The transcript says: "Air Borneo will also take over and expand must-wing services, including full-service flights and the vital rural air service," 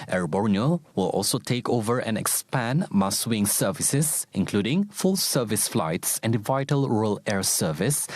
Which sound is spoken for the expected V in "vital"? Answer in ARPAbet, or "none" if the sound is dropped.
V